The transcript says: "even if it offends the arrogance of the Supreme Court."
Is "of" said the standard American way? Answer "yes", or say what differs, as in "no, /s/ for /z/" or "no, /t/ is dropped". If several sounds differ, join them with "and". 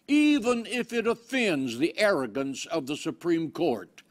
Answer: yes